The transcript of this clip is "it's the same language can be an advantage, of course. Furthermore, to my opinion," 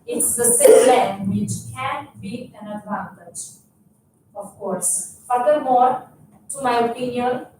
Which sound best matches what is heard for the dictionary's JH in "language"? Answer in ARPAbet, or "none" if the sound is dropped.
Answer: CH